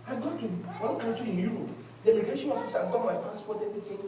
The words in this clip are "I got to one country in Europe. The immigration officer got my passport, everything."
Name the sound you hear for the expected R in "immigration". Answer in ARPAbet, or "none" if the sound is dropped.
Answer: none